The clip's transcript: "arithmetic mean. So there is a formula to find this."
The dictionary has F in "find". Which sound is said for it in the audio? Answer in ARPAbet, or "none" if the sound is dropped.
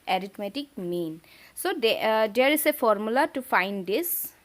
F